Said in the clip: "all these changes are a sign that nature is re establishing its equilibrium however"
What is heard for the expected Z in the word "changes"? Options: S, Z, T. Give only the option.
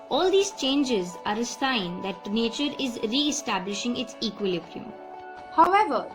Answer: Z